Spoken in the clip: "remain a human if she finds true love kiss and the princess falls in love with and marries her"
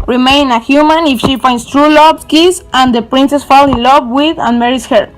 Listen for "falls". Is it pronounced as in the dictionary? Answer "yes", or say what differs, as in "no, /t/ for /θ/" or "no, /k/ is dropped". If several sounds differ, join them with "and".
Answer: no, /z/ is dropped